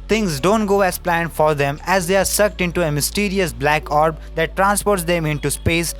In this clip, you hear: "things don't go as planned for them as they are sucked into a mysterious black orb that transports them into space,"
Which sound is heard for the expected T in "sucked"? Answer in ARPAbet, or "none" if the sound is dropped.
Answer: T